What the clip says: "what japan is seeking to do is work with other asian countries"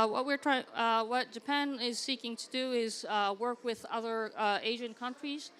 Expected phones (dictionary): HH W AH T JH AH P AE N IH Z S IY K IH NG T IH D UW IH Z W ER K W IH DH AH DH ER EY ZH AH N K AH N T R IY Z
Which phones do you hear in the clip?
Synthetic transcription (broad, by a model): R W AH T JH AH P AE N IH Z S IY K IH NG T IH D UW IH Z W ER K W IH DH AH DH ER EY ZH AH N K AH N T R IY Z